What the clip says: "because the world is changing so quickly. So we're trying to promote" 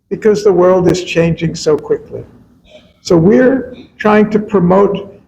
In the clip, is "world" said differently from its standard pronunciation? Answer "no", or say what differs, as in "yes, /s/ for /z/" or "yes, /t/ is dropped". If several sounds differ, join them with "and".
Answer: no